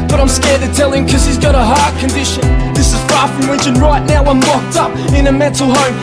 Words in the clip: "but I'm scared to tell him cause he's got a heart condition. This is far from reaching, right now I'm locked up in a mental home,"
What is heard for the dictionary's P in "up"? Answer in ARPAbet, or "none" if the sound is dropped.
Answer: P